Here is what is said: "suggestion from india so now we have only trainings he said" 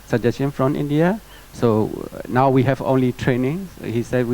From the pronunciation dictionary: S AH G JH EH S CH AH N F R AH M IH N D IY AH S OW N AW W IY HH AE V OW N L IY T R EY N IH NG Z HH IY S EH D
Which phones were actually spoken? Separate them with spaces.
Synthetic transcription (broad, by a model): S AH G JH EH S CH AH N F R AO M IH N D IY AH S OW N AW W IY HH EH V OW N L IY T R EY N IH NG HH IY S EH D